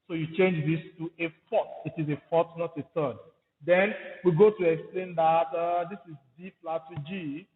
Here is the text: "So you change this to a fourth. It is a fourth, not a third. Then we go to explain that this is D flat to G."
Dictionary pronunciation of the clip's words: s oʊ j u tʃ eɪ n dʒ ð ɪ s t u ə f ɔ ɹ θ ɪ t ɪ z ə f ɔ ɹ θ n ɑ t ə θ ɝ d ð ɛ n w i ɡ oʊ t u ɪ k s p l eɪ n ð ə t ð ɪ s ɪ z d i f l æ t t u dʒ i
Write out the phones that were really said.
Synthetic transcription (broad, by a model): s oʊ j u tʃ eɪ n dʒ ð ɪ s t u ə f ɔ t ɪ t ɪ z ə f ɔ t n ɑ t ə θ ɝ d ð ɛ n w i ɡ oʊ t u ɪ k s p l eɪ n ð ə t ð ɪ s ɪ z d i p l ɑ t t u dʒ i